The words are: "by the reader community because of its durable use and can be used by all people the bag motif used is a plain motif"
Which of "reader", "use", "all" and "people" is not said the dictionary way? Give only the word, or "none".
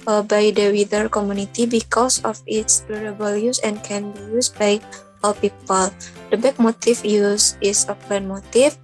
reader